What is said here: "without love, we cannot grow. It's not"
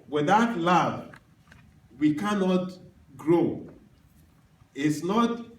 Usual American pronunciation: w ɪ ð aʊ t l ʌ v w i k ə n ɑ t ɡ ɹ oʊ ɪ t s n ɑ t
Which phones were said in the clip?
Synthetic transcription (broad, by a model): w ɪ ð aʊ t l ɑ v w i k ə n ɑ t ɡ ɹ oʊ ɪ t s n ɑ t